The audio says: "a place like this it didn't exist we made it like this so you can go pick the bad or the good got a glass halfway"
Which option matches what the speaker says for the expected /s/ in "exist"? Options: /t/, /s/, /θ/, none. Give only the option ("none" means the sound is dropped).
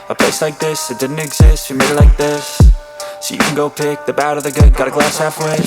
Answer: /s/